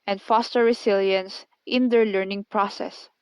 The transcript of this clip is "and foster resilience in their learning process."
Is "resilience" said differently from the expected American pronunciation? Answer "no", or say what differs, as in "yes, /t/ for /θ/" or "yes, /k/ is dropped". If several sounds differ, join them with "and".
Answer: yes, /s/ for /z/